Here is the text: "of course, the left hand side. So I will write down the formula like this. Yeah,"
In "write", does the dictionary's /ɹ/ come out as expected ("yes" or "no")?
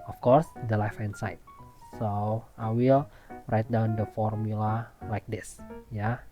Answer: yes